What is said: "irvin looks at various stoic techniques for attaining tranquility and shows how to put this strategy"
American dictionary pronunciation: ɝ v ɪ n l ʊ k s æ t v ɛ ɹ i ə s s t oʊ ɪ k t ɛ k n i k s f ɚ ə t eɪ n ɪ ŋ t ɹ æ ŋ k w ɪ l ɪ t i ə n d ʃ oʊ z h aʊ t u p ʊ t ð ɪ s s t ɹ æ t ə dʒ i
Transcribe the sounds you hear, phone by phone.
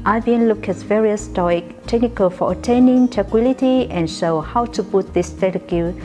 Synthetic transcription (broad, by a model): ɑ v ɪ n l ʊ k ɛ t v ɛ ɹ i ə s s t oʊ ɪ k t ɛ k n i k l f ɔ ə t eɪ n ɪ ŋ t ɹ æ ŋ k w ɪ l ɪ t i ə n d ʃ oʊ h aʊ t u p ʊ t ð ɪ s s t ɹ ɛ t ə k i